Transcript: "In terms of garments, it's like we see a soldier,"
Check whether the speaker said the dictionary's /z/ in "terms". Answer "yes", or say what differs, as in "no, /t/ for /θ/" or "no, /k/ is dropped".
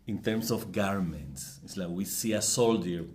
no, /s/ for /z/